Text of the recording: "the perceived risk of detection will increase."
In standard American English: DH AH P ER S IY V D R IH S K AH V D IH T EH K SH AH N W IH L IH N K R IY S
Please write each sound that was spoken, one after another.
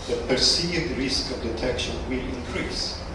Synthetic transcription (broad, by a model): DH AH P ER S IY D R IH S K AH V D IH T EH K SH AH N W IH L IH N K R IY S